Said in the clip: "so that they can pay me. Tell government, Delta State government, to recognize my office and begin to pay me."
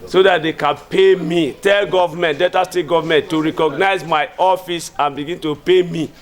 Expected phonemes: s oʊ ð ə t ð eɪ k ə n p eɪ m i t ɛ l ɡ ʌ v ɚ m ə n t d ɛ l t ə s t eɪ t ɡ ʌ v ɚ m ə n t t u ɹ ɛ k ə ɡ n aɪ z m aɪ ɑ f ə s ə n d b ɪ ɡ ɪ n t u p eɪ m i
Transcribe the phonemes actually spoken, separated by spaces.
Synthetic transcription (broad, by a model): s oʊ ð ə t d eɪ k ə n p eɪ m i t ɛ l ɡ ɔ v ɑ m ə n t d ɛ t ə s t eɪ t ɡ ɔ v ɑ m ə n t t u ɹ ɛ k ə ɡ n aɪ z m aɪ ɑ f ə s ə n b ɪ ɡ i n t u p eɪ m i